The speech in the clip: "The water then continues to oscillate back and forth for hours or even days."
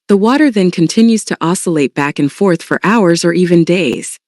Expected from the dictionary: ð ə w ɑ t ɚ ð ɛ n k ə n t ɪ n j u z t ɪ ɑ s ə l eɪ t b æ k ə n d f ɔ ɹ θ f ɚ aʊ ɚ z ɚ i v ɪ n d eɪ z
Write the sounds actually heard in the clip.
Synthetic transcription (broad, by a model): ð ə w ɑ t ɚ ð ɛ n k ə n t ɪ n j u z t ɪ ɑ s ə l eɪ t b æ k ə n f ɔ ɹ θ f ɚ aʊ ɚ z ɚ i v ɪ n d eɪ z